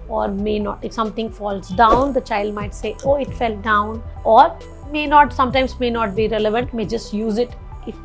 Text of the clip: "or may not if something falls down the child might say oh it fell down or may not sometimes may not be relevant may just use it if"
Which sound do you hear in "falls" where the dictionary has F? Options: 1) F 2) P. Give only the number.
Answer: 1